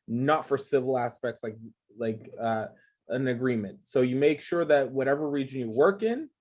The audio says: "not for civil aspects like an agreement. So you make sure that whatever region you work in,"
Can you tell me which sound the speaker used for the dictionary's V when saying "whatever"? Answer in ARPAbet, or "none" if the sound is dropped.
V